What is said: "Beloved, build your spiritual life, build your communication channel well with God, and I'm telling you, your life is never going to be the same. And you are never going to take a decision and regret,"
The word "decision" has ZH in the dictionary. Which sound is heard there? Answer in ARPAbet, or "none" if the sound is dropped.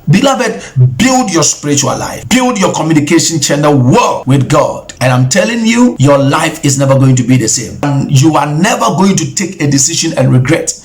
SH